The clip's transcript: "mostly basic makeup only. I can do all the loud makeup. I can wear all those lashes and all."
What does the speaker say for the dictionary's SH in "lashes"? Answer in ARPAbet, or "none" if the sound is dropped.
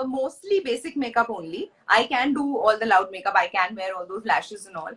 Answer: SH